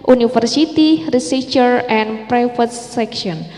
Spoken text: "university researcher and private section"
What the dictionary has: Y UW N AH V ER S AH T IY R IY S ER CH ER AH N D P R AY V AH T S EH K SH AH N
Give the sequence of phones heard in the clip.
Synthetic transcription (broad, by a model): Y UW N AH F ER S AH T IY R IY S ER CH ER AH N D P R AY F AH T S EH K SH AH N